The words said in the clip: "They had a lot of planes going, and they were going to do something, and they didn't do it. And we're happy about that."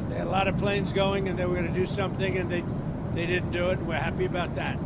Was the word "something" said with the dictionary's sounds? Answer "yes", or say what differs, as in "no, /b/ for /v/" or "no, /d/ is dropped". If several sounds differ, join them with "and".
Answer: yes